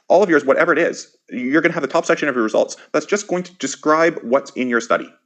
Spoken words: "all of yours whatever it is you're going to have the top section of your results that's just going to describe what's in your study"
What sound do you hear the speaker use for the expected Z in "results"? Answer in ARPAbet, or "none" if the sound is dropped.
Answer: Z